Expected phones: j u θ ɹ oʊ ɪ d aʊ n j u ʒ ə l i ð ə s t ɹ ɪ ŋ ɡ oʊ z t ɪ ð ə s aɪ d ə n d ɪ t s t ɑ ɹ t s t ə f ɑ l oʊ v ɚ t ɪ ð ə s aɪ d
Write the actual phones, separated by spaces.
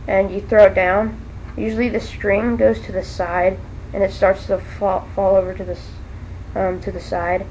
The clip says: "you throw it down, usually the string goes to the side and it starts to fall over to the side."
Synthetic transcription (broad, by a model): j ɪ θ ɹ oʊ ɪ d aʊ n j u ʒ l i ð ə s t ɹ ɪ ŋ ɡ oʊ z t ɪ ð ə s aɪ d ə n ɪ t s t ɑ ɹ t s t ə f ɑ l oʊ v ɚ t ɪ ð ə s aɪ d